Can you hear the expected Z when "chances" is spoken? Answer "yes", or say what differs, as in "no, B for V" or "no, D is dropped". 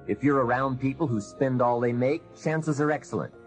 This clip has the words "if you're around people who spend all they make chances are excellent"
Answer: yes